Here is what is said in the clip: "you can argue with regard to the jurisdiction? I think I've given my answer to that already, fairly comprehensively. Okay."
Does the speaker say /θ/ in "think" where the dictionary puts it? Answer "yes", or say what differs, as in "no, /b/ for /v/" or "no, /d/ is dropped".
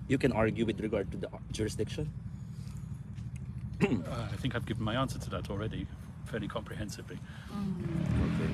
yes